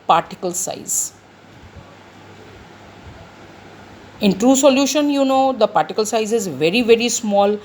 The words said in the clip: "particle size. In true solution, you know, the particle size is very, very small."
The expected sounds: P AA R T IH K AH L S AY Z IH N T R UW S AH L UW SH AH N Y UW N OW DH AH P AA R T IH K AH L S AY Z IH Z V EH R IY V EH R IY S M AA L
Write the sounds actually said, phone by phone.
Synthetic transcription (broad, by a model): P AA R T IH K AH L S AY Z IH N T R UW S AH L UW SH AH N Y UW N OW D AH P AA R T IH K AH L S AY Z IH Z V EH R IY V EH R IY S M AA L